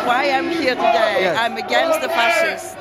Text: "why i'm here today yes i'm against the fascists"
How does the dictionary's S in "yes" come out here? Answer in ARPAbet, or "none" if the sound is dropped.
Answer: none